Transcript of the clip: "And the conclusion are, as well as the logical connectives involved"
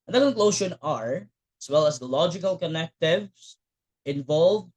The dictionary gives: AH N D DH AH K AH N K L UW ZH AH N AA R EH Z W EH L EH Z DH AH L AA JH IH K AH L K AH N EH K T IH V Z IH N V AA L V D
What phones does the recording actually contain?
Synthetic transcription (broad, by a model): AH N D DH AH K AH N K L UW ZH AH N AA R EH S W EH L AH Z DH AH L AA JH IH K AH L K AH N EH K T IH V S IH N V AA L V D